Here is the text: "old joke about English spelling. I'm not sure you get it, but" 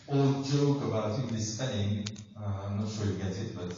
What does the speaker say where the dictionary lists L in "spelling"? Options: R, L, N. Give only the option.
N